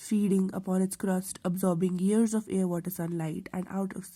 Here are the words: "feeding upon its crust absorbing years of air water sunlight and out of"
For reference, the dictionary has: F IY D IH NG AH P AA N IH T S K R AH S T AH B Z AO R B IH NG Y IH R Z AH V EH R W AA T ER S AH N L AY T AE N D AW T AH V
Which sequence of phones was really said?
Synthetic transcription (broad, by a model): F IY D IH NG AH P AA N IH T S K R AH S T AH B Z AO R B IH NG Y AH R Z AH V EH R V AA T ER S AH N L AY T AE N D AW T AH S